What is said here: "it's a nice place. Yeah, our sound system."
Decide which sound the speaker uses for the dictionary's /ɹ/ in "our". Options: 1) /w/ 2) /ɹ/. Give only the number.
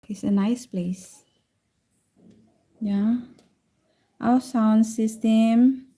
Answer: 1